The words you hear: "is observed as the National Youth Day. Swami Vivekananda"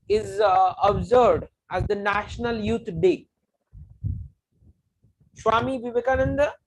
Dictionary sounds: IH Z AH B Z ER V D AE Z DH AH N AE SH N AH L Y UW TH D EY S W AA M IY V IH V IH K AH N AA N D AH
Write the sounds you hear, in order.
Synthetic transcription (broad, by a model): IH Z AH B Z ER D AE Z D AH N AE SH N AH L Y UW T D EY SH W AA M IY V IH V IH K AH N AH N D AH